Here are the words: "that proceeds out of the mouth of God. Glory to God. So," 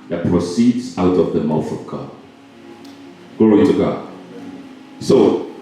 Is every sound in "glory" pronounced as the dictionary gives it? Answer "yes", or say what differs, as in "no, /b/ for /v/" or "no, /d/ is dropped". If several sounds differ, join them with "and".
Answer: no, /l/ is dropped